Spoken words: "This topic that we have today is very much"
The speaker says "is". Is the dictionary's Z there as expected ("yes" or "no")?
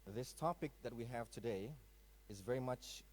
yes